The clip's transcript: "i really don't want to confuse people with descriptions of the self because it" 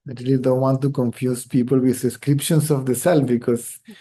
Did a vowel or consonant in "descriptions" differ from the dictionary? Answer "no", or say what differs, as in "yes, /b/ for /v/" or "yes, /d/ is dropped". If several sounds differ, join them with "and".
yes, /s/ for /z/